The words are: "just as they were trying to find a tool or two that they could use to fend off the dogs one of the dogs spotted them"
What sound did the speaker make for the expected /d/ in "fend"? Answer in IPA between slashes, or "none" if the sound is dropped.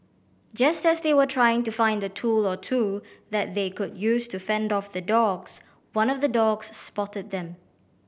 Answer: /d/